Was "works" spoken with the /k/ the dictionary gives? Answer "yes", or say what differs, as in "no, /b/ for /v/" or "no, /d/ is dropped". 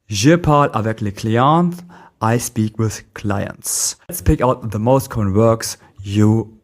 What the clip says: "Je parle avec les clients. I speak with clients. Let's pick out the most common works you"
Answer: yes